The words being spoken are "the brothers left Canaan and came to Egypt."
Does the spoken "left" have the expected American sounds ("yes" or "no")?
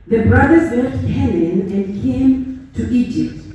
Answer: no